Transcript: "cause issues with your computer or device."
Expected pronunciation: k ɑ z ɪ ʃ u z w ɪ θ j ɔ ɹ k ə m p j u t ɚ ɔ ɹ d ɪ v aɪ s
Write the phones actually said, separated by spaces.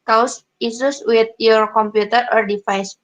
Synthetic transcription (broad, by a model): k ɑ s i s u s w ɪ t j ɔ ɹ k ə m p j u t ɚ ɔ ɹ d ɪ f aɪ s